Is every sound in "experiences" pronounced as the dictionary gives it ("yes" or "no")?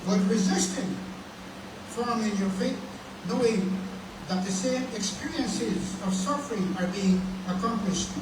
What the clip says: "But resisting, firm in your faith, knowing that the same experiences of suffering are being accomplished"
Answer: yes